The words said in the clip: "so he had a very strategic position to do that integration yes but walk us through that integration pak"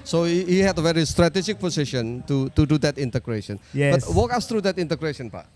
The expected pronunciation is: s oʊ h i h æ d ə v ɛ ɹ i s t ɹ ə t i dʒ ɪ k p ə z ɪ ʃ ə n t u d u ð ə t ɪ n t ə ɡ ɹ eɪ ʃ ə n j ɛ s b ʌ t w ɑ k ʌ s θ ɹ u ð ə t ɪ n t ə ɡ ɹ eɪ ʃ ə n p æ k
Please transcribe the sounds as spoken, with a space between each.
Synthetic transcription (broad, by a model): s oʊ h i h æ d ə v ɛ ɹ i s t ɹ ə t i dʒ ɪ k p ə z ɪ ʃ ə n t u d u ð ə t ɪ n t ə ɡ ɹ eɪ ʃ ə n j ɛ b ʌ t w ɑ k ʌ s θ ɹ u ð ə t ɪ n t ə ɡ ɹ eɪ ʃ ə n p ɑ